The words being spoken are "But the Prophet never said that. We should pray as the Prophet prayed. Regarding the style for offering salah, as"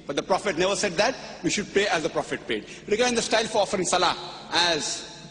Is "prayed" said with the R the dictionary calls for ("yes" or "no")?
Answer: no